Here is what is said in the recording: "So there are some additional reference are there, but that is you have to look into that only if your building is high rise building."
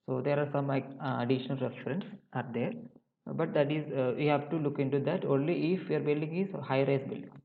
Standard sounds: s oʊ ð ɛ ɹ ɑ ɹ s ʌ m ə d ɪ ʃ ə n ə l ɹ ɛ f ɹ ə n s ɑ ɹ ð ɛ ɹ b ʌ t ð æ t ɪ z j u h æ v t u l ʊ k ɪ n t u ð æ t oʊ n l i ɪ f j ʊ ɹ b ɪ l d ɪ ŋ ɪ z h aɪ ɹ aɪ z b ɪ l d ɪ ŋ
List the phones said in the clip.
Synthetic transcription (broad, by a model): s oʊ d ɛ ɹ ɑ ɹ s ʌ m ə d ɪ ʃ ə n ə l ɹ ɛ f ɹ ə n s ɑ ɹ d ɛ ɹ b ʌ t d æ t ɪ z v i h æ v t u l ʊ k ɪ n t u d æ t oʊ n l i ɪ f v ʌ ɹ b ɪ l d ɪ ŋ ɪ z h aɪ ɹ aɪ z b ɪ l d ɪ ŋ